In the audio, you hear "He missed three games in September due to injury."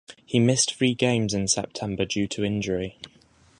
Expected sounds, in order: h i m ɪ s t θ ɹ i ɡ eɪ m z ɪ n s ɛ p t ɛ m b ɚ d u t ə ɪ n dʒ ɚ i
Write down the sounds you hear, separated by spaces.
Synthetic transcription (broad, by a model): h i m ɪ s t f ɹ i ɡ eɪ m z ɪ n s ɛ p t ɛ m b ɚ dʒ u t ə ɪ n dʒ ɚ i